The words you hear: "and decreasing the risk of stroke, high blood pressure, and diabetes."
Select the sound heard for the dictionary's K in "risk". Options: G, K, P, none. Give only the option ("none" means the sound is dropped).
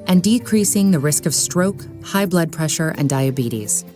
K